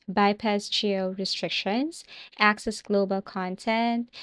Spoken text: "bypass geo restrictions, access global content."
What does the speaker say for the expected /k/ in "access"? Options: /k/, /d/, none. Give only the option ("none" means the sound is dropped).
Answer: /k/